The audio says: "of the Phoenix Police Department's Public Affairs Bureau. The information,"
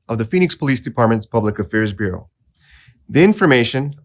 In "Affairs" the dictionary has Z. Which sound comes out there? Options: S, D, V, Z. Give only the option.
Z